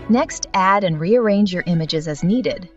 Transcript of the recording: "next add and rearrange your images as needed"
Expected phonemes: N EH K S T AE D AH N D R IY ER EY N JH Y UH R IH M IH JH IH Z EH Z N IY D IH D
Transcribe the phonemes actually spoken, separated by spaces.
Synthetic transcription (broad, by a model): N EH K S T AE D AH N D R IY ER EY N JH Y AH R IH M IH JH IH Z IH Z N IY D IH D